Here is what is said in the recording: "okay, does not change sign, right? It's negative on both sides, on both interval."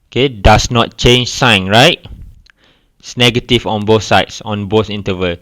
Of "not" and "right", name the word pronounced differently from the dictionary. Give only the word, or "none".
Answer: right